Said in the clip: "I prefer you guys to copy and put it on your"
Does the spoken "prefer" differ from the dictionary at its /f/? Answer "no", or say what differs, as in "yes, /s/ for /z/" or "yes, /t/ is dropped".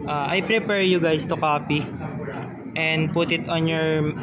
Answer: yes, /p/ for /f/